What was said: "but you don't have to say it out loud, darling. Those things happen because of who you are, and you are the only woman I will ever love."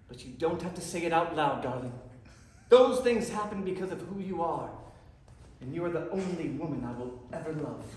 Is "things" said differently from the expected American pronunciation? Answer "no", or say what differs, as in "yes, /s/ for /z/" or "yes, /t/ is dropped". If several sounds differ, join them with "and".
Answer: no